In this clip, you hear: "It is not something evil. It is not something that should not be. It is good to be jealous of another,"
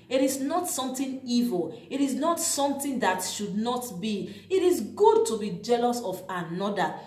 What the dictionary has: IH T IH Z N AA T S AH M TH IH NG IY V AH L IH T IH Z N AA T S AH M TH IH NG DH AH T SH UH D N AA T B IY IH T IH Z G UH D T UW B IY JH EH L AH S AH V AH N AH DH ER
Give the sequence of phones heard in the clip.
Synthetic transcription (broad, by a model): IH T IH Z N AA T S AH M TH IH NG IY V AH L IH T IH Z N AA T S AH M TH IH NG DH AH T SH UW D N AA T B IY IH T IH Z G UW D T UW B IY JH EH L AH S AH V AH N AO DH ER